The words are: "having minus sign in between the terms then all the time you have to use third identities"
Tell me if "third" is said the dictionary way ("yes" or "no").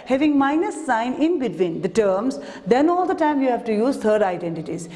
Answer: no